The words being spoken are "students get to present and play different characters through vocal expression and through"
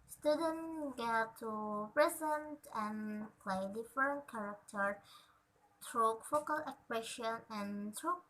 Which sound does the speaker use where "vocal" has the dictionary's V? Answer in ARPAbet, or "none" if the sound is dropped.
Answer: F